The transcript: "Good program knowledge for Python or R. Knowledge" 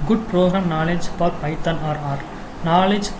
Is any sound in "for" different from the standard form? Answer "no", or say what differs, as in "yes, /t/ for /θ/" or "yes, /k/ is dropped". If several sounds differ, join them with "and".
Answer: yes, /p/ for /f/